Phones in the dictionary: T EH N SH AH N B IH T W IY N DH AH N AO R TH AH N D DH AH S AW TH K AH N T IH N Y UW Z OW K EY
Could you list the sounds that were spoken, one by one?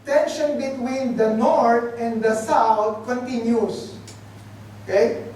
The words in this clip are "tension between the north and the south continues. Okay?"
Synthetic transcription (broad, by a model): T EH N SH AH N B IH T W IY N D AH N AO R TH AH N D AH S AW T K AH N T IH N Y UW S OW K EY